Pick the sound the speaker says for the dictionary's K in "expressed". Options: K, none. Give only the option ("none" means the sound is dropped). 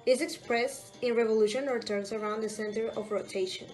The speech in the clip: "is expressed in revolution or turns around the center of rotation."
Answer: K